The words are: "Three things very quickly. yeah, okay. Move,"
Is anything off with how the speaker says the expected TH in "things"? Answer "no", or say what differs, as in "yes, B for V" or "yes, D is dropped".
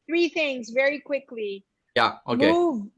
no